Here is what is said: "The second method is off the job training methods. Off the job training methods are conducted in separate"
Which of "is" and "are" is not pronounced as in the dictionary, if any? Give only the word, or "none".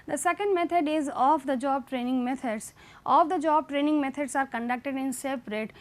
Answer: none